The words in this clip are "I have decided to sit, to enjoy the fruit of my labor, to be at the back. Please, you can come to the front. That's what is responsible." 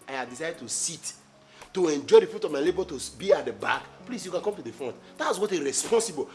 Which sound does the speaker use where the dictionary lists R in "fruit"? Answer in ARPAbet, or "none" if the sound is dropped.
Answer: none